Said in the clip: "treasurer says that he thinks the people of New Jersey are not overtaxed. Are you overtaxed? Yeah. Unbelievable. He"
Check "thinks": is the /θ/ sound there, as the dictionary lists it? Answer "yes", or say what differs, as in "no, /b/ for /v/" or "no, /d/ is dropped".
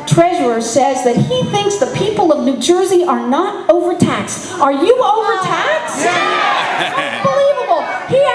yes